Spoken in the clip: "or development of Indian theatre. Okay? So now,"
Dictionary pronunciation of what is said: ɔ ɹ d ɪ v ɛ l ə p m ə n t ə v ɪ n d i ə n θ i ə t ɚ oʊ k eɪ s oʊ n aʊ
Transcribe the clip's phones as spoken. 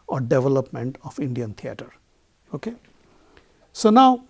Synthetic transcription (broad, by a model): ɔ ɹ d ɪ v ɛ l ə p m ə n t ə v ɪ n d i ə n t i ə t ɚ oʊ k eɪ s oʊ n aʊ